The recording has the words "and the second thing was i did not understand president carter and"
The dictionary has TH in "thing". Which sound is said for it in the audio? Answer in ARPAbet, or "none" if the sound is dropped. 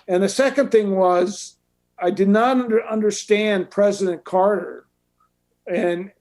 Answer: TH